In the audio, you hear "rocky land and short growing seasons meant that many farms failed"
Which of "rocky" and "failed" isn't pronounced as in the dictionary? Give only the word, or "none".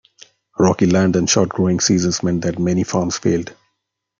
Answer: none